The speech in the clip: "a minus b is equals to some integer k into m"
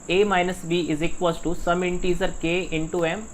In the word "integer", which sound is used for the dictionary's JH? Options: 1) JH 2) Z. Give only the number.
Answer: 2